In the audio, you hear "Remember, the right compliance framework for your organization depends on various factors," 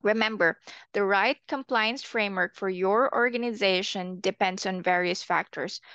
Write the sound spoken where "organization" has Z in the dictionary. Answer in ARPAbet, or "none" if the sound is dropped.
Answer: Z